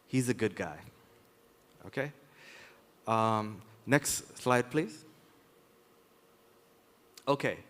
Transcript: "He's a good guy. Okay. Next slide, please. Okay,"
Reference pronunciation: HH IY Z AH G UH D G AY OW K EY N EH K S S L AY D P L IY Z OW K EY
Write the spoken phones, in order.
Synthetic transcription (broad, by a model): HH IY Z AH G UH D G AY OW K EY N EH K S S L AY D P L IY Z OW K EY